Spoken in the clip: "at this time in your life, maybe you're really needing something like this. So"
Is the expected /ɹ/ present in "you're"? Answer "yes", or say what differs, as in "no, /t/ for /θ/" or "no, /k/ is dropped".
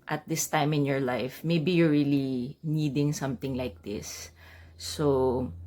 yes